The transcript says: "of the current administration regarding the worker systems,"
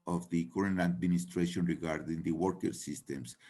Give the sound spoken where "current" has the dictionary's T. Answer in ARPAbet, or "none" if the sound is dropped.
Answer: none